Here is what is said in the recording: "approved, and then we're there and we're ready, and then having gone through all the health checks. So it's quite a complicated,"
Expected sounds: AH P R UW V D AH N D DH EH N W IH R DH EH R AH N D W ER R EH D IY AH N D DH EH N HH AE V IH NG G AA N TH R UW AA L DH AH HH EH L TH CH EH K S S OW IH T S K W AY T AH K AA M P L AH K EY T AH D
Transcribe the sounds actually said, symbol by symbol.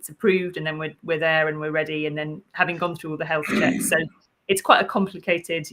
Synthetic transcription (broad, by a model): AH P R UW V D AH N DH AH N W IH W DH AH R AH N W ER R EH D IY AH N DH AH N HH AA V IH NG G AA N TH R UW AA L DH AH HH EH L TH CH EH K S S OW IH T S K W AY T AH K AA M P L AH K EY T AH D